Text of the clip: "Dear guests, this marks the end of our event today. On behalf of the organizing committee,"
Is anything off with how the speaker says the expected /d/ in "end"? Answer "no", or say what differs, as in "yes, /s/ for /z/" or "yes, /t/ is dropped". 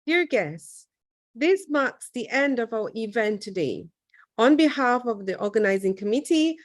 no